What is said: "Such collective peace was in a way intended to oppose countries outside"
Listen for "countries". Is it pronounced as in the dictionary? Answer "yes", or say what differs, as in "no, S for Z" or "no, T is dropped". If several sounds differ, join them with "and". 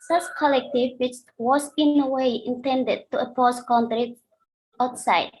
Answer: no, Z is dropped